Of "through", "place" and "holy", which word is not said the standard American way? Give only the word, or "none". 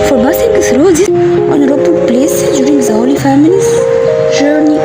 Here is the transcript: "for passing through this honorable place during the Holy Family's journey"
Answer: through